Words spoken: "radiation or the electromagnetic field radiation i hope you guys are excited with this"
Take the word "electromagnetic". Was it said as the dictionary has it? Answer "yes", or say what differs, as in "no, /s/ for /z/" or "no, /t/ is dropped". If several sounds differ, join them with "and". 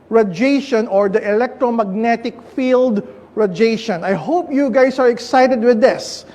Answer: yes